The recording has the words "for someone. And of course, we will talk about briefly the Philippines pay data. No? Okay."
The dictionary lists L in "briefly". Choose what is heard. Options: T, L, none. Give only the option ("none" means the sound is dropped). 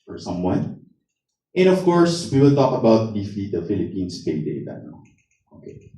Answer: none